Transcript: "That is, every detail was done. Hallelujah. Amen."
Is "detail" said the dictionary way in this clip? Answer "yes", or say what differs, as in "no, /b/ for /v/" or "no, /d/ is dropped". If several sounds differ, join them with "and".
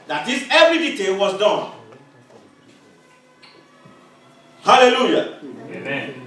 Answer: yes